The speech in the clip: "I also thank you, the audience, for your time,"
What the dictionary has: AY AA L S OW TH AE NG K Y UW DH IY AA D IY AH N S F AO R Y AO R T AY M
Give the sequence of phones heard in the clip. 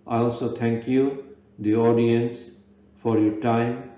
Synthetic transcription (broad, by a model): AY AA L S OW T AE NG K Y UW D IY AA D IY AH N S F AO R Y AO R T AY M